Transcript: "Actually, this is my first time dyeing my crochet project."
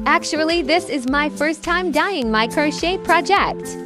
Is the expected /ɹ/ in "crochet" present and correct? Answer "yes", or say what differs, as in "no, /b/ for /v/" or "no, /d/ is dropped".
yes